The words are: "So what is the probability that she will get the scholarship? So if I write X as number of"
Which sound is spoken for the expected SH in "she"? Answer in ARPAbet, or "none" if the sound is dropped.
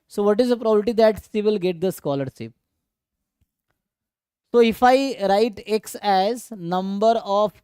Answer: S